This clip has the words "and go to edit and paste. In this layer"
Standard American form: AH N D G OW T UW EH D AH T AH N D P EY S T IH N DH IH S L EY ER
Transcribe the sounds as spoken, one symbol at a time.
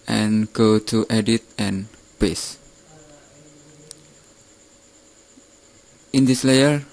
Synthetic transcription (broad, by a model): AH N G OW T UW EH D AH T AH N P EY S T IH N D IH S L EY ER